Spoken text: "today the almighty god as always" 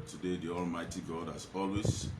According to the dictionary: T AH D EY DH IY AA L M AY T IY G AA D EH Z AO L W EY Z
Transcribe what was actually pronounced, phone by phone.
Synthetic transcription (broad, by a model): T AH D EY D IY AA L M AY T IY G AA D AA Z AO L W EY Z